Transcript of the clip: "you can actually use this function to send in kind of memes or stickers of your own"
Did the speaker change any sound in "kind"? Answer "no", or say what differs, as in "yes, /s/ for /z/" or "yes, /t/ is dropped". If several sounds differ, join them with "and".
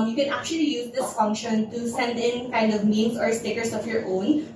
no